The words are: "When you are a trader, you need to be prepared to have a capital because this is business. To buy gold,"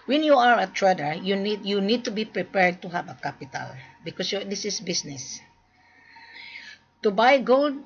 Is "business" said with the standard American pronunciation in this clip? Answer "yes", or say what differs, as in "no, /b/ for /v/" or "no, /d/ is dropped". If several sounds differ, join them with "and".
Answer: no, /s/ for /z/